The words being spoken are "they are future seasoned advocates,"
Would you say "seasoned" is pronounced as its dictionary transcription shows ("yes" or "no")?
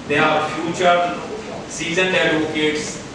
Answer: no